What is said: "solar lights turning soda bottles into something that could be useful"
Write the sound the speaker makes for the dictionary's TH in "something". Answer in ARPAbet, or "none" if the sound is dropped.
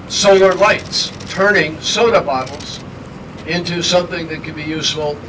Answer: TH